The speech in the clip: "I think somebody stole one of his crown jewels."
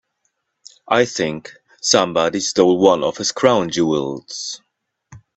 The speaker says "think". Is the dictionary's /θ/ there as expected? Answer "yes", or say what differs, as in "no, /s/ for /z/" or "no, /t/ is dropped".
yes